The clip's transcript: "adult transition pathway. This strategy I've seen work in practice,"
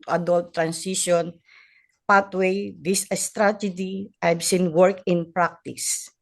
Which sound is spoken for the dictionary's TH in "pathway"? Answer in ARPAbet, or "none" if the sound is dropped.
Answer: T